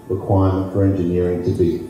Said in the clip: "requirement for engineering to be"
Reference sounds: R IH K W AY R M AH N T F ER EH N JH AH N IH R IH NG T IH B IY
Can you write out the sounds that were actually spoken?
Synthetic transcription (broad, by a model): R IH K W AY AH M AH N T F ER EH N JH AH N IH R IH NG T IH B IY